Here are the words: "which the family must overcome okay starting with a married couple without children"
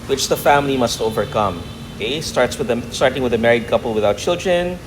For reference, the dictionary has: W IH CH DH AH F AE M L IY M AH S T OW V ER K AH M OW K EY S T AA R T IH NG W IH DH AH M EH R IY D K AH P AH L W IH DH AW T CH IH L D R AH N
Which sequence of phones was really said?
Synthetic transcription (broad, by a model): W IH CH DH AH F AE M L IY M AH S T OW V ER K AH M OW K EY S T AA R T IH NG W IH DH AH M EH R IY D K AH P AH L W IH DH AW T CH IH L D R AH N